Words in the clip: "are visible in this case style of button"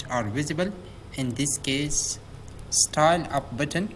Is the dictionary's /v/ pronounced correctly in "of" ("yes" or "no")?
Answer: no